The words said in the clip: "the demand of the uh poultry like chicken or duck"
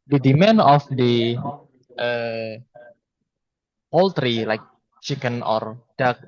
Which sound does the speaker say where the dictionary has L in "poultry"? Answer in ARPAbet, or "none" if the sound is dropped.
L